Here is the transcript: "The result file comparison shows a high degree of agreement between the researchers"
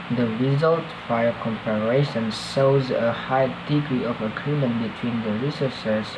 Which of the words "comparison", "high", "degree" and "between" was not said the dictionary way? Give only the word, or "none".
comparison